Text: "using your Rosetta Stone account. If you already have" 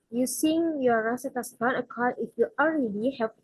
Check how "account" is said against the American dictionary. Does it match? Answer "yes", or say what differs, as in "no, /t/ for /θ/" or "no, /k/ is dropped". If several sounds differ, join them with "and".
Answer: no, /n/ is dropped